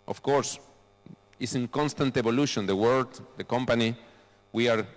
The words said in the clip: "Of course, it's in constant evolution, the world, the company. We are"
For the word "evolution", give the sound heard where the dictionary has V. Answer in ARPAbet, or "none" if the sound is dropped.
B